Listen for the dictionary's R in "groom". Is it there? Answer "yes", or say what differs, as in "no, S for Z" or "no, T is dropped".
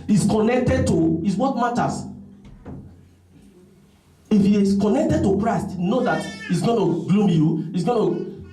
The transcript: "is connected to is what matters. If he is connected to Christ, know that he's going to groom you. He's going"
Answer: no, L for R